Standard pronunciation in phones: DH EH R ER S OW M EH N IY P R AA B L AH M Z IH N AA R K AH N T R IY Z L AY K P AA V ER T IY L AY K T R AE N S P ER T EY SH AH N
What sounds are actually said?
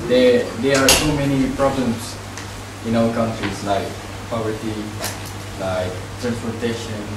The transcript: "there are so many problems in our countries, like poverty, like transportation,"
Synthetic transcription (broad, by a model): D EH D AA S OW M EH N IY P R AA B L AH M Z IH N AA L K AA N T R IY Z L AY K P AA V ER T IY L AY K T R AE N S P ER T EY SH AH N